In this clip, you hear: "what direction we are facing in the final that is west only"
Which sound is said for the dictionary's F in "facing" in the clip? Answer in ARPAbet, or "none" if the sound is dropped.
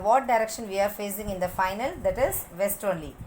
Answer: F